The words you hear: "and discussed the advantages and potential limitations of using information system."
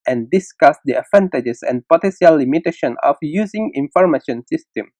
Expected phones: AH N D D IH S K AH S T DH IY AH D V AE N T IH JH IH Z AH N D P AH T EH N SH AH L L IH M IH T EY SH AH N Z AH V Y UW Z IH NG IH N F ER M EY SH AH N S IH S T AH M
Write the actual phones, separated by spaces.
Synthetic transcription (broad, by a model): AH N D D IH S K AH S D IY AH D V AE N T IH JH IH S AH N P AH T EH N S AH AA L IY M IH T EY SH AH N AH F Y UW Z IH NG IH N F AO M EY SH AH N S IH S T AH M